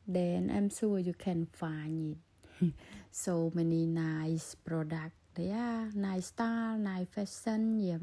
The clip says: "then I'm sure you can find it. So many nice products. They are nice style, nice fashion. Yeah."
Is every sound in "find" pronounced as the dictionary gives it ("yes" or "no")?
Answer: no